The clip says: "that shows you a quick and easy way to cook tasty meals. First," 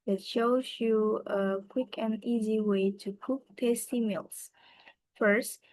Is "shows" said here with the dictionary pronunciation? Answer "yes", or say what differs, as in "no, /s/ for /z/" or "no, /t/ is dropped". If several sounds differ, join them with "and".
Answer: yes